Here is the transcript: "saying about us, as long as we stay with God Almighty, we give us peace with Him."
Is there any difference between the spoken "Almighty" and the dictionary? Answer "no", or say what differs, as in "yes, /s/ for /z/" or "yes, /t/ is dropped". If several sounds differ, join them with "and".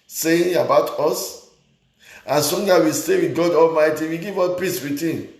no